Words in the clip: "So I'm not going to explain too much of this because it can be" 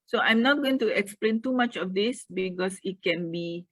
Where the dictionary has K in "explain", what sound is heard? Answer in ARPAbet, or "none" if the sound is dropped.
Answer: K